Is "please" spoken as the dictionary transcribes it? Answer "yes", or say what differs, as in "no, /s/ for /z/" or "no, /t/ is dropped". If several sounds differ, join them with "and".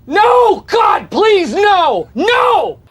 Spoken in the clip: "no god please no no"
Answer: yes